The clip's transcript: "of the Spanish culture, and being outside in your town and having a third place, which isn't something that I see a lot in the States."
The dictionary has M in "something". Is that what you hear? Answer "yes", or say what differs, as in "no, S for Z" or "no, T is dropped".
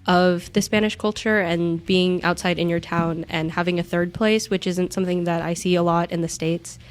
yes